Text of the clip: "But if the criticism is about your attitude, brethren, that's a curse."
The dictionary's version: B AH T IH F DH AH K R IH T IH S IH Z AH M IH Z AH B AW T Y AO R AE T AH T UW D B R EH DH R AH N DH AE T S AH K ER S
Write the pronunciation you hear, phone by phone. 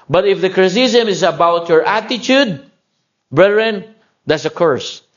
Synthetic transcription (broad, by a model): B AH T IH F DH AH K R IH S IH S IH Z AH M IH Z AH B AW T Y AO R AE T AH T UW D B R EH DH R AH N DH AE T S AH K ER S